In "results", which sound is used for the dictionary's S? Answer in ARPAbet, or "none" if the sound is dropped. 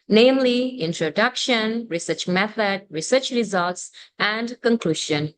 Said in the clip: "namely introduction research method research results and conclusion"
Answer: S